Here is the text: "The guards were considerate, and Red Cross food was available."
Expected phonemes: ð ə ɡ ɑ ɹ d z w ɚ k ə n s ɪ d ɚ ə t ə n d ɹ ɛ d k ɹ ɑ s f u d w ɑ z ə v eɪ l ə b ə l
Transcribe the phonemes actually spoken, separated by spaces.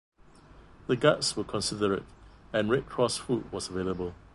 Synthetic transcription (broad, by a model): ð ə ɡ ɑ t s w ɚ k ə n s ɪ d ɚ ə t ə n ɹ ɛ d k ɹ ɑ s f u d w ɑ s ə v eɪ l ə b ə l